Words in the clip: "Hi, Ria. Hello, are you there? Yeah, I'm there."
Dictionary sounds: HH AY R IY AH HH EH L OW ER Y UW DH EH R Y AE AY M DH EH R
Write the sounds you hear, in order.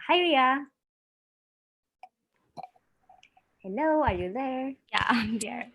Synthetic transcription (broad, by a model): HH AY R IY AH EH N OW ER Y UW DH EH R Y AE AY M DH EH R